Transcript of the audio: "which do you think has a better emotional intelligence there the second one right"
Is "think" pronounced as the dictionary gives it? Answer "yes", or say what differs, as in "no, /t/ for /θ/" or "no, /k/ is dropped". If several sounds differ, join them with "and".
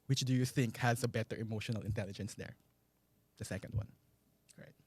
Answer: yes